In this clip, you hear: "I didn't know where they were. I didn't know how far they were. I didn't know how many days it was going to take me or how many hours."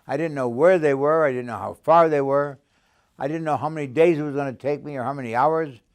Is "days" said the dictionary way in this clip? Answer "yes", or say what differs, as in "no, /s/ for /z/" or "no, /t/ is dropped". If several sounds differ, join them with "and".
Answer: yes